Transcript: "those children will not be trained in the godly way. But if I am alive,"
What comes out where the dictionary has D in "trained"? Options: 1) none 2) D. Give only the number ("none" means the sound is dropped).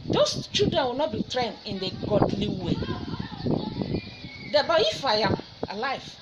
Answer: 1